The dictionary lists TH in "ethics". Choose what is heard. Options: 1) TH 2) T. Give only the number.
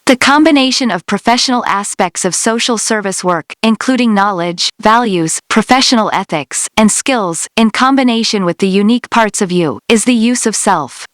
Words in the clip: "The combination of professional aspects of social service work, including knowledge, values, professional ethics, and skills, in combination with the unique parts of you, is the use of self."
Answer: 1